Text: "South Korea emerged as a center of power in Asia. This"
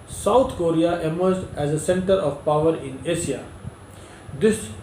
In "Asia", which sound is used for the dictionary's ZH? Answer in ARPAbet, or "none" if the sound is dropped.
S